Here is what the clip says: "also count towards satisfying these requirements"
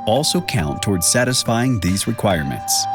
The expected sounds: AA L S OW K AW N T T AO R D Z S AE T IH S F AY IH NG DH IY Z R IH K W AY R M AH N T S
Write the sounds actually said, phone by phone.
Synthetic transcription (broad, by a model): AA L S OW K AW N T T AO R D Z S AE T IH S F AY IH NG DH IY Z R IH K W AY R M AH N T S